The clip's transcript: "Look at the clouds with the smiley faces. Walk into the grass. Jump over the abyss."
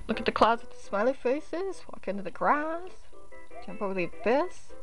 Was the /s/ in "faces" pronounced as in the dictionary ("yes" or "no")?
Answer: yes